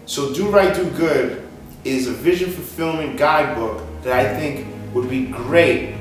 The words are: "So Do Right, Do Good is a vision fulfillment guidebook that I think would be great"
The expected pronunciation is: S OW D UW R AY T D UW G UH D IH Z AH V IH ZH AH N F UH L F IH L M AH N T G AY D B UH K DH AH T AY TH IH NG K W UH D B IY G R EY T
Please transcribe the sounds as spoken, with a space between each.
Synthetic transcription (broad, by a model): S OW D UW R AY T D UW G UH D IH Z AH V IH ZH AH N F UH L F IH L M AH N G AY D B UH K DH AH T AY TH IH NG K W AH D B IY G R EY T